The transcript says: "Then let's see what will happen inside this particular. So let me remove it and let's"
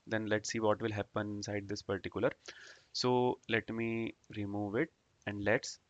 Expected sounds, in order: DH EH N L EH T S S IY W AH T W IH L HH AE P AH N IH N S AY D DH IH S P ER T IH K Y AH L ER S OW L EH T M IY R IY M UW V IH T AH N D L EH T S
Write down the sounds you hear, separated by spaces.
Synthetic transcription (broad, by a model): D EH N L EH T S S IY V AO T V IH L HH AE P AH N IH N S AY D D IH S P ER T IH K Y AH L ER S OW L EH T M IY R IY M UW V IH T AH N D L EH T S